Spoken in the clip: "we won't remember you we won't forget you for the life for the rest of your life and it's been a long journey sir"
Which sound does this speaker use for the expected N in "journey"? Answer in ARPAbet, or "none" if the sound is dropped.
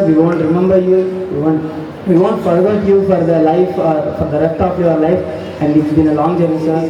none